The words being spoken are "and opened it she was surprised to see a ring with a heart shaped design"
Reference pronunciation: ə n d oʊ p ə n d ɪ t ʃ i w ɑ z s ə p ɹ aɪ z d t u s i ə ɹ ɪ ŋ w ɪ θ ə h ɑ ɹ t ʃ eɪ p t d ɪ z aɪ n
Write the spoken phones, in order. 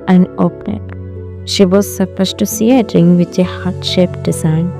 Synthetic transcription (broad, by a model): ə n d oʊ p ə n ɪ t ʃ i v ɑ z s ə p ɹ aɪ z t u s i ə ɹ ɪ ŋ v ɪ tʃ ə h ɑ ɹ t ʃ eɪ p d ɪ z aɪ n